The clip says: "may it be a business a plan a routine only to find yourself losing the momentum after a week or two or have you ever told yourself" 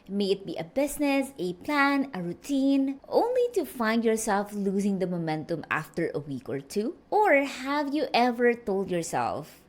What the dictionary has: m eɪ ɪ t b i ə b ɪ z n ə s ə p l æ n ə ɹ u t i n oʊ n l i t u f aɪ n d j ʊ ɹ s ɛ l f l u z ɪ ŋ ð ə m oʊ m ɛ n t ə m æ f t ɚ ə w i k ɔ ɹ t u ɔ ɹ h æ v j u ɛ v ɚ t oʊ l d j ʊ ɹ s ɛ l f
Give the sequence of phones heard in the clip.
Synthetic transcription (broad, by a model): m eɪ ɪ t b i ə b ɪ s n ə s ə p l æ n ə ɹ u t i n oʊ n l i t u f aɪ n d j ʊ ɹ s ɛ l f l u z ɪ ŋ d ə m oʊ m ɛ n t ə m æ f t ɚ ə w i k ɔ ɹ t u ɔ ɹ h æ v j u ɛ v ɚ t oʊ l d j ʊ ɹ s ɛ l f